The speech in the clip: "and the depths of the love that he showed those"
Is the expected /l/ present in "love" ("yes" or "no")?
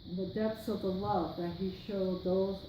no